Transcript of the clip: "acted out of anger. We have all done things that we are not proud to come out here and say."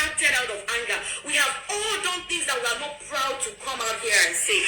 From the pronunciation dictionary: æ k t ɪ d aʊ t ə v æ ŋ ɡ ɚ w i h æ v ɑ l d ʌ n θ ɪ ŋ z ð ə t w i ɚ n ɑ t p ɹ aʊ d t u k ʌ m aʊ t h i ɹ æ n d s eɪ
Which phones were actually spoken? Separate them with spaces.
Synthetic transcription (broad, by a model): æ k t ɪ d aʊ t ə v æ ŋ ɡ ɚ w i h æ v ɑ l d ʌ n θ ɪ ŋ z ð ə t w i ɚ n ɑ t p ɹ aʊ d t u k ʌ m aʊ t h i ɹ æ n s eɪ